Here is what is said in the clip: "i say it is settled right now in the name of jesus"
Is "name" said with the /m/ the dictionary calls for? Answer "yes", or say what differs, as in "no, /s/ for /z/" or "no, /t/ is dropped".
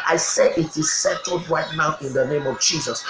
yes